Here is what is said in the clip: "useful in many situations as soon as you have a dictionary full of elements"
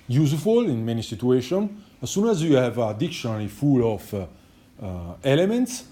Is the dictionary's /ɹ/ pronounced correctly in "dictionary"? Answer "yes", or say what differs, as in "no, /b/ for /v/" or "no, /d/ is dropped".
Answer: no, /l/ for /ɹ/